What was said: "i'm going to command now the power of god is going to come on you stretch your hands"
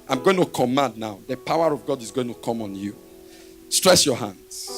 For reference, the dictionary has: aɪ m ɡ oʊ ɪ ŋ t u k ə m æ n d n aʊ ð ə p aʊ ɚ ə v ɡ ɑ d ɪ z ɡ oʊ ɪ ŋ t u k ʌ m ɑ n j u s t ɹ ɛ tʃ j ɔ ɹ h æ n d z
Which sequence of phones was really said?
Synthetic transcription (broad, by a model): aɪ m ɡ oʊ ɪ ŋ t u k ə m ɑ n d n aʊ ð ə p aʊ ɚ ə v ɡ ɑ d ɪ z ɡ oʊ ɪ ŋ t u k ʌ m ɑ n j u s t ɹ ɛ s j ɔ h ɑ n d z